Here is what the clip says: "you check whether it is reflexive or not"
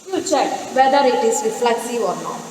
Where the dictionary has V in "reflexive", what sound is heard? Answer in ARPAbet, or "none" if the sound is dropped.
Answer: none